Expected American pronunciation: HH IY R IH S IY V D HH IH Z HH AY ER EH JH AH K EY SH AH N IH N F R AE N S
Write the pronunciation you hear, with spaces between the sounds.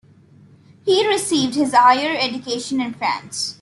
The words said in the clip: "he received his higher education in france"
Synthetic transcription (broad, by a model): HH IY R IH S IY V D HH IH Z HH AY ER EH JH AH K EY SH AH N IH N F R AE N S